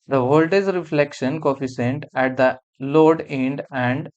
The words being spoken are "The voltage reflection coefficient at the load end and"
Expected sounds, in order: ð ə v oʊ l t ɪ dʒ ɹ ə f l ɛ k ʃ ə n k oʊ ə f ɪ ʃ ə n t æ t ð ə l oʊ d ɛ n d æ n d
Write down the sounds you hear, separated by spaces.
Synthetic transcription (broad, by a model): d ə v oʊ l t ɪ z ɹ ə f l ɛ k ʃ ə n k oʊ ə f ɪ s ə n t æ t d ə l oʊ d ɛ n d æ n d